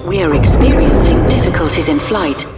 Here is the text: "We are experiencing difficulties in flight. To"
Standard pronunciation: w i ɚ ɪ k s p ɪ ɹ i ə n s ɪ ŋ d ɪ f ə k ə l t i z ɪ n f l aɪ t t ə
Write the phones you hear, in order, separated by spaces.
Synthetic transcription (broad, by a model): w i ɚ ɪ k s p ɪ ɹ i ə n s ɪ ŋ d ɪ f ə k ə l t i z ɪ n f l aɪ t t